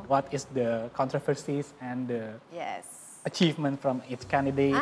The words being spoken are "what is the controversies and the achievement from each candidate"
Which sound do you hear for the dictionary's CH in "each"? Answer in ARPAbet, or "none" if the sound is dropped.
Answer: S